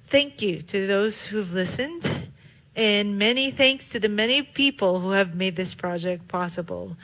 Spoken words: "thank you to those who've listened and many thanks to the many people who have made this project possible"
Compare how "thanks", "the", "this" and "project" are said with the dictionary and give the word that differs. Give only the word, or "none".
none